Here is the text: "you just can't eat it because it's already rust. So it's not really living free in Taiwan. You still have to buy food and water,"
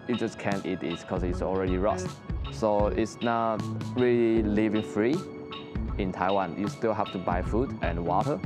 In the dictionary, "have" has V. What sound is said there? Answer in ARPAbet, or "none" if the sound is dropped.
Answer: F